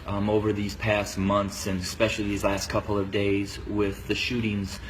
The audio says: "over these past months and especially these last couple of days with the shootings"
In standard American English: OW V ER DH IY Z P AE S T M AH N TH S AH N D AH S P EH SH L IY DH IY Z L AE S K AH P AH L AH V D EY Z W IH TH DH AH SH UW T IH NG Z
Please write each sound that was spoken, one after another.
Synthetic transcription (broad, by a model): OW V ER DH IY Z P AE S T M AH N TH S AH N AH S P EH SH L IY DH IY Z L AE S K AH P L AH V D EY Z W IH DH AH SH UW T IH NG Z